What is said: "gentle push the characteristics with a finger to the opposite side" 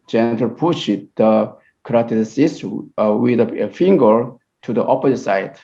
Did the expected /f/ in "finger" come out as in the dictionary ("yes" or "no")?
yes